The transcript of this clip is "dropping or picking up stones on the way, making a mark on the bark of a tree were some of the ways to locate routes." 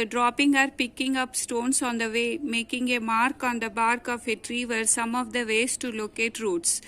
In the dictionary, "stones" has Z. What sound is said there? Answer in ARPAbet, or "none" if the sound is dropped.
S